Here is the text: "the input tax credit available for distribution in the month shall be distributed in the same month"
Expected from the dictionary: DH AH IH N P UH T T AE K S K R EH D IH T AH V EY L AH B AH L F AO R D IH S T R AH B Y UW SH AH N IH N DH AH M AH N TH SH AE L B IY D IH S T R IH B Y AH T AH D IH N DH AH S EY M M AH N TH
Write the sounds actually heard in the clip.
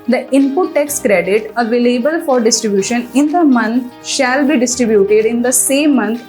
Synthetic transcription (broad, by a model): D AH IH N P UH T T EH K S K R EH D IH T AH V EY L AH B AH L F AO R D IH S T R AH B Y UW SH AH N IH N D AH M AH N T SH AE L B IY D IH S T R IH B Y AH T AH D IH N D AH S EY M M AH N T